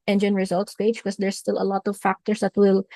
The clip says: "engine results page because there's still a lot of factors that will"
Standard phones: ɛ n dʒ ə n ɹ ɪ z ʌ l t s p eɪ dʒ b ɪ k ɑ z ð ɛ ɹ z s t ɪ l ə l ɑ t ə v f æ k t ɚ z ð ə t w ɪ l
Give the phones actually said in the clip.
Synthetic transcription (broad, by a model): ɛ n dʒ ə n ɹ ɪ z ʌ l t s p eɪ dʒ k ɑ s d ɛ ɹ s t ɪ l ə l ɑ t ə v f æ k t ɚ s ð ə t w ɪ l